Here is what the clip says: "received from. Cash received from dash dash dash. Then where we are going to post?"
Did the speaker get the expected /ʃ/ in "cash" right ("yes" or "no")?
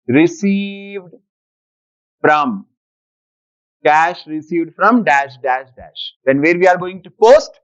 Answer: yes